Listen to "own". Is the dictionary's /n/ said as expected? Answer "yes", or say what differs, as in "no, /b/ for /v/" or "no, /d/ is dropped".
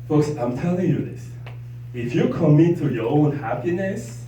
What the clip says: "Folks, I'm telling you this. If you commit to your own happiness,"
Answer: yes